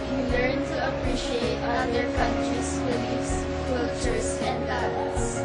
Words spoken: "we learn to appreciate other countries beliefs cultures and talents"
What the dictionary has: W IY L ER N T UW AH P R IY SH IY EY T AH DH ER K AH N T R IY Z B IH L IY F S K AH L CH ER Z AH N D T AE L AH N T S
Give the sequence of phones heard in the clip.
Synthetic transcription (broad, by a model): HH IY L ER N T UW AH P R IY SH IY EY T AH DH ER K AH N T R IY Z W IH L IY S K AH L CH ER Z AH N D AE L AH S